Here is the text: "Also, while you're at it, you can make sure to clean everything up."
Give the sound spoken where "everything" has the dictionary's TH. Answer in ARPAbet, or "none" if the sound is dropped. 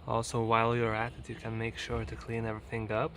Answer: TH